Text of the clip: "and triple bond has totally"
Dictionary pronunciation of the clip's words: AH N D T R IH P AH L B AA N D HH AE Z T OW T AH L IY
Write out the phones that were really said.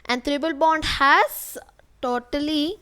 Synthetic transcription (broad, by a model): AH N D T R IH B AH L B AA N D HH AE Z T OW T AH L IY